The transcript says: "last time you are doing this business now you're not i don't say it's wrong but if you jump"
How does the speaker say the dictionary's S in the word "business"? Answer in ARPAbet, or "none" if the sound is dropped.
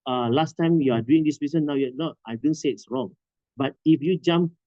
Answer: none